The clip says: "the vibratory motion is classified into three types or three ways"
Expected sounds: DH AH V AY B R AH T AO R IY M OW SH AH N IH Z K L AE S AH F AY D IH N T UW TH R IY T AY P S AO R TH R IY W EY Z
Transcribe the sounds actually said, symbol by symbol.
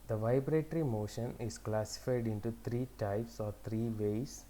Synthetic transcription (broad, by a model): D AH V AY B R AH T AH R IY M OW SH AH N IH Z K L AE S AH F AY D IH N T UW T R IY T AY P S AO R T R IY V EY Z